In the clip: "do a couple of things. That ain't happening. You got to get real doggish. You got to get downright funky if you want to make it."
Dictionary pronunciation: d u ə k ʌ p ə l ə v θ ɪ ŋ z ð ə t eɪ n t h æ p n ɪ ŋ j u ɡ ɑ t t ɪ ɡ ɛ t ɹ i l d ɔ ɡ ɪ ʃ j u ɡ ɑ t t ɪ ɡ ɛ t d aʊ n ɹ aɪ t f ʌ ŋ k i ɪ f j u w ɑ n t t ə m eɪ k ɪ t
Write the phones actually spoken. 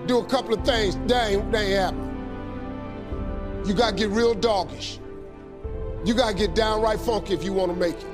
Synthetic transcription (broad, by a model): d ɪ ə k ʌ p l ə v θ ɪ ŋ z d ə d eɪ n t h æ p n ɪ j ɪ ɡ ɑ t t ɪ ɡ ɛ t ɹ i l d ɔ ɡ ɪ ʃ j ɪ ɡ ɑ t t ɪ ɡ ɛ t d aʊ n ɹ aɪ t f ʌ ŋ k i ɪ f j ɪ w ɑ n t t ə m eɪ k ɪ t